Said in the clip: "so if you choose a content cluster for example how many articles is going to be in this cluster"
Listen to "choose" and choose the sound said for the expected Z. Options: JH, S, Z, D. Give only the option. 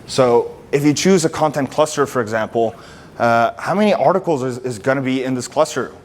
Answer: Z